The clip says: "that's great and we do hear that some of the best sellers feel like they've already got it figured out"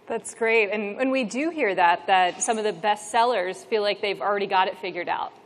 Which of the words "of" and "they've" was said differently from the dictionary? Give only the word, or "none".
none